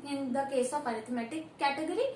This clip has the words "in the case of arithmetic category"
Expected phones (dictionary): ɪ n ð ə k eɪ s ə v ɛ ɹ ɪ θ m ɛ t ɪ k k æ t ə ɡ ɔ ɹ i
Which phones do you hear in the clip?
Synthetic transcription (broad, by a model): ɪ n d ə k eɪ s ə p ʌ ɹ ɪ t m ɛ t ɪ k k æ t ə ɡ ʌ ɹ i